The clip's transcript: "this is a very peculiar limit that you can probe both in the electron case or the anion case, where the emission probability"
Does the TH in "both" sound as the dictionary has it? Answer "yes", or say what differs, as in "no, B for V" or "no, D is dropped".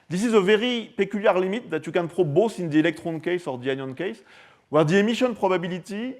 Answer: no, S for TH